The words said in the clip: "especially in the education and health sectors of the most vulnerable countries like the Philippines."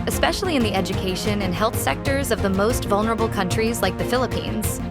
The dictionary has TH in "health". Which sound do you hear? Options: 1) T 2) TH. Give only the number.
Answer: 2